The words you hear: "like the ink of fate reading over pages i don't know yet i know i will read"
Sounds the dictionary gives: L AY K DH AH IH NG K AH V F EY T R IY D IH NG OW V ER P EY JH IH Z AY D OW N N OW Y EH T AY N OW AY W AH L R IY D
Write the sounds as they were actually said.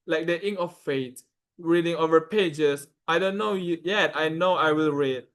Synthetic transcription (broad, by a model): L AY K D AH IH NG AH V F EY T R IY D IH NG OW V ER P EY JH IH S AY D OW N N OW Y EH T AY N OW AY W AH L R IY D